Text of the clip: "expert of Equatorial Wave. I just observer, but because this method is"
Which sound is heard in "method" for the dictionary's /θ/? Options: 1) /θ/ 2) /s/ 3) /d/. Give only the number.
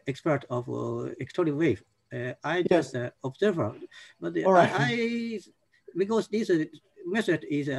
2